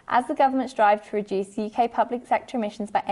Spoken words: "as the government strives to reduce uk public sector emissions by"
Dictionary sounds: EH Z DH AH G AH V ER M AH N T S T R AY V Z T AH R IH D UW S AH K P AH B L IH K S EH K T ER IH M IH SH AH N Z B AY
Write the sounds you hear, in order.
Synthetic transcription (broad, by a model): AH Z DH AH G AH V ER M AH N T S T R AY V T AH R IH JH UW S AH K P AH B L IH K S EH K T ER IH M IH SH AH N Z B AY